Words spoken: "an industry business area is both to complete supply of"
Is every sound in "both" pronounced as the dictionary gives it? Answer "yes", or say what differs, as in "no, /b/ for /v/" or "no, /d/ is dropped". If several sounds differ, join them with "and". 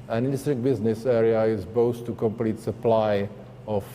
no, /s/ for /θ/